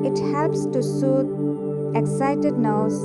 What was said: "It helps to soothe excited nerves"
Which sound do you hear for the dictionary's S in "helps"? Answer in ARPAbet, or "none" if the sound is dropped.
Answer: S